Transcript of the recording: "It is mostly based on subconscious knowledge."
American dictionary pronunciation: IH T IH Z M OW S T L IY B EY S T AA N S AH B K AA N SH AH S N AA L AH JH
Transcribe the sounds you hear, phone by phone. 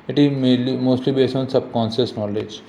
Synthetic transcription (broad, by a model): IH T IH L M OW S T L IY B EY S AA N S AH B K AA N S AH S N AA L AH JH